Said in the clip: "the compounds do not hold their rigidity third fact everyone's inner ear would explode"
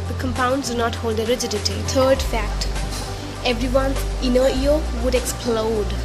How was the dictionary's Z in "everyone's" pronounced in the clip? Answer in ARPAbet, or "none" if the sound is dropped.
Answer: none